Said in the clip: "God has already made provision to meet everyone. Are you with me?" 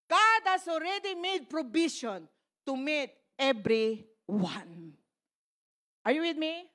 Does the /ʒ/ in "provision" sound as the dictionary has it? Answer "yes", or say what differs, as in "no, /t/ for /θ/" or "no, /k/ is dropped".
no, /ʃ/ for /ʒ/